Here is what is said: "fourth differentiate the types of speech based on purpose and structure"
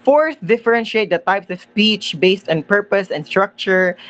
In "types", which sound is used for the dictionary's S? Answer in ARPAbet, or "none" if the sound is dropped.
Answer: S